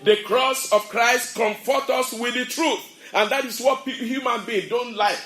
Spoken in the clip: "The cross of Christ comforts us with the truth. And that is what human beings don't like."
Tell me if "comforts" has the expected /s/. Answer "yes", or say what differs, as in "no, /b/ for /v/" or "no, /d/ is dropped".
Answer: no, /s/ is dropped